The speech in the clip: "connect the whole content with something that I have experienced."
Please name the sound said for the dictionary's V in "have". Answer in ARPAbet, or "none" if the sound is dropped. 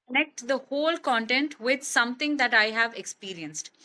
V